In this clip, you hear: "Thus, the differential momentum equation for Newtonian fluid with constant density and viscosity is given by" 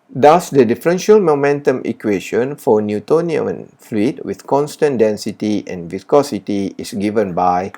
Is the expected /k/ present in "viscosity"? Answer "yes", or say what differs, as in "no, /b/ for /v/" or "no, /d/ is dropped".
yes